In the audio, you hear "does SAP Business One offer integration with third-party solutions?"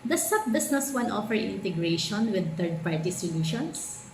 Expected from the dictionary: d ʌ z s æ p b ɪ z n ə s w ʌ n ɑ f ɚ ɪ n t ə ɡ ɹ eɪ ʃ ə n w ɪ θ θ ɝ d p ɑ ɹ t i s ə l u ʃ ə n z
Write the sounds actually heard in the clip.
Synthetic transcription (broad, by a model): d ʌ s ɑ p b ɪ s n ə s w ʌ n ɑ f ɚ ɪ n t ə ɡ ɹ eɪ ʃ ə n w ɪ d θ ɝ d p ɑ ɹ t i s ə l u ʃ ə n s